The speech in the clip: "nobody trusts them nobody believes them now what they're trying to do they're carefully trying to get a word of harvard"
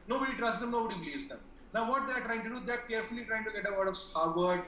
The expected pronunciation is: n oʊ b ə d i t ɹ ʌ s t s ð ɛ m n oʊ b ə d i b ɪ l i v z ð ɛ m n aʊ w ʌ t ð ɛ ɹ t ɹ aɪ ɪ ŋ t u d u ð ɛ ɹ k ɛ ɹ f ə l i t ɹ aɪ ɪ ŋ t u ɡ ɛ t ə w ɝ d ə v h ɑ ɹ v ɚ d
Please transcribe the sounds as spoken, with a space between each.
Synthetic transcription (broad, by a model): n oʊ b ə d i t ɹ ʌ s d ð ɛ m n oʊ b ə d i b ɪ l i z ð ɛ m n aʊ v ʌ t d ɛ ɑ t ɹ aɪ ɪ ŋ t u d u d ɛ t k ɛ ɹ f ə l i t ɹ aɪ ɪ ŋ t u ɡ ɛ t ə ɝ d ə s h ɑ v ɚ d